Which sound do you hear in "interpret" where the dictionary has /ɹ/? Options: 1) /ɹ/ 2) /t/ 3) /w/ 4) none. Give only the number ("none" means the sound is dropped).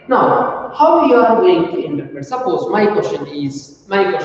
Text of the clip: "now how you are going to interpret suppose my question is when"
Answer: 4